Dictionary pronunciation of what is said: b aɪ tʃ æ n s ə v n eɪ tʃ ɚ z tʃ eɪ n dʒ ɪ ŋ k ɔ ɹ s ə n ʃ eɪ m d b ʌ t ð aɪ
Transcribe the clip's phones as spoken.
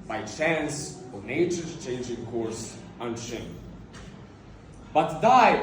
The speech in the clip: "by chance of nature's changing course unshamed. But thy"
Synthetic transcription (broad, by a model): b aɪ tʃ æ n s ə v n eɪ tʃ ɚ tʃ eɪ n dʒ ɪ ŋ k ɔ ɹ s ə n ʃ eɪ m b ʌ t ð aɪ